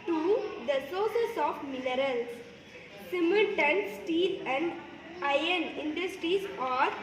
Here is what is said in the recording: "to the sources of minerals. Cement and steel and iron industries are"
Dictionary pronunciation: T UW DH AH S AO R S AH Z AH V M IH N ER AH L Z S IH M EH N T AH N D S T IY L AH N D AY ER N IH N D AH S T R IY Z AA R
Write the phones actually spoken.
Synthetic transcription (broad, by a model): T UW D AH S AO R S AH S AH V M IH N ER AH L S S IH M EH L T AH N S T IY L AH N D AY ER N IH N D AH S T R IY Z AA R